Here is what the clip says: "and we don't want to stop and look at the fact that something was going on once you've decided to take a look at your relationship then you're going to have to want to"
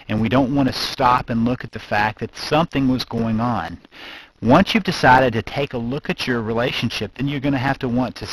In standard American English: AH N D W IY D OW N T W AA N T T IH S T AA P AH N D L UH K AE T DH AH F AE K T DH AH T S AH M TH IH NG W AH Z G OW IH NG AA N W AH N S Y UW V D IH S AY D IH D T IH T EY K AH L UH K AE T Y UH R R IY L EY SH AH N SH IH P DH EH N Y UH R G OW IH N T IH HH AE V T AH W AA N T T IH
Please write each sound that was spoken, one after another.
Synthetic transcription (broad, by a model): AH N W IY D OW N T W AA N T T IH S T AA P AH N L UH K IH T DH AH F AE K DH AH T S AH M TH IH NG W AH Z G OW IH NG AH N W AH N S Y UW V D IH S AY D IH D T IH T EY K AH L UH K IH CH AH R R IY L EY SH AH N SH IH P DH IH N Y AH R G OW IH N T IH HH AE F T AH W AA N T T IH